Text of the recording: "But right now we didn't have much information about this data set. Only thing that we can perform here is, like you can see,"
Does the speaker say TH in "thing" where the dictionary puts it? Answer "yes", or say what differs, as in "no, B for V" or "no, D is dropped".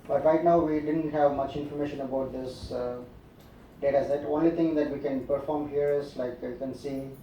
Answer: no, T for TH